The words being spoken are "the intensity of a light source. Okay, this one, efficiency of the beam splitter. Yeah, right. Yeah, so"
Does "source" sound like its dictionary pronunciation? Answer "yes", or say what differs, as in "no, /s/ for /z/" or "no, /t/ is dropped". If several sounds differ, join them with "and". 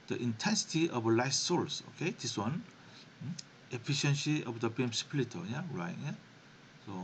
no, /l/ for /ɹ/